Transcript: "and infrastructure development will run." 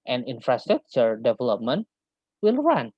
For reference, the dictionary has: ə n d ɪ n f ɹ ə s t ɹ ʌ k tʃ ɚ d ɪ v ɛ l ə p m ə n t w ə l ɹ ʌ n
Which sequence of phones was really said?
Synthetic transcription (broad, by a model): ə n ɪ n f ɹ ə s t ɹ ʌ k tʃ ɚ d ɪ v ɛ l ə p m ə n t w ə l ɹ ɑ n